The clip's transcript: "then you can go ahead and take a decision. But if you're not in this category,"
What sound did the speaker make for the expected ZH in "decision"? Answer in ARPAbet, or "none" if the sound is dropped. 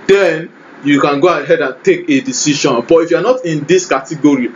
SH